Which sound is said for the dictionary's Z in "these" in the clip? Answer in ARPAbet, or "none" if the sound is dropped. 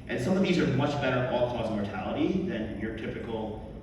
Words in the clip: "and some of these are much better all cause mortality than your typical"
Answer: Z